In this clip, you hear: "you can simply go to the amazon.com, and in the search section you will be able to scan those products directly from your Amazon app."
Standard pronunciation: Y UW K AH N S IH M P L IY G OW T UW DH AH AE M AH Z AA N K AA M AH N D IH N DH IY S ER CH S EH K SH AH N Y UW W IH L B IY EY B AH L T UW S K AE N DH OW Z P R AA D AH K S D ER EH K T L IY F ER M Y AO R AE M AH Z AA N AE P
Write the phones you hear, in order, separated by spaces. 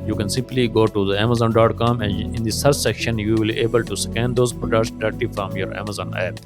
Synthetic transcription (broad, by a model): Y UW K AH N S IH M P L IY G OW T UW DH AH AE M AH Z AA N K AA M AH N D IH N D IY S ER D S EH K SH AH N Y UW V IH L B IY EY B AH L T UW S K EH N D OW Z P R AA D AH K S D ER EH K T IY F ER M Y AO R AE M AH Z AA N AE P